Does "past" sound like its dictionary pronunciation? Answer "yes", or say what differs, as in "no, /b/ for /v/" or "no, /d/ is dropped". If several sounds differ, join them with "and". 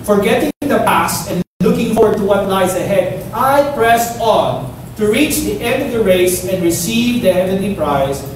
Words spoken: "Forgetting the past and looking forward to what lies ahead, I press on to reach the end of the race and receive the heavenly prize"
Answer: yes